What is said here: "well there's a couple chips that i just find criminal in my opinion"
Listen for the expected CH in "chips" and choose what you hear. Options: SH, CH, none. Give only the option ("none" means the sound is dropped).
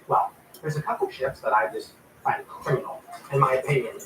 SH